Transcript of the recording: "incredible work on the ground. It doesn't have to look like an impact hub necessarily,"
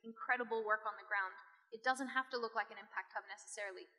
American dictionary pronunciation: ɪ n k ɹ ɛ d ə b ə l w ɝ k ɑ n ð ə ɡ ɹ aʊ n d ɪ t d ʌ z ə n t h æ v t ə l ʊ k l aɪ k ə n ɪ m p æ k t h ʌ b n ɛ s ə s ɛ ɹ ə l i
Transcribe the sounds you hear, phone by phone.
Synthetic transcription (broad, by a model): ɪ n k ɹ ɛ d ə b l w ɝ k n ð ə ɡ ɹ aʊ n d ɪ t d ʌ z ə n t h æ f t ə l ʊ k l aɪ k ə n ɪ m p æ k t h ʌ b n ɛ s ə s ɛ ɹ l i